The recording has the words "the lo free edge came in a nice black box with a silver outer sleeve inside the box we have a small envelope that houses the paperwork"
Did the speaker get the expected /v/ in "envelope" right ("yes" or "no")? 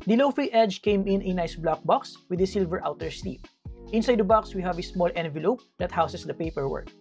yes